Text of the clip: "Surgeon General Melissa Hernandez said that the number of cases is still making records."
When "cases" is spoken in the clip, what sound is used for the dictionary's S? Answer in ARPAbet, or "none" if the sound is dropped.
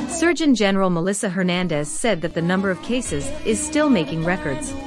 S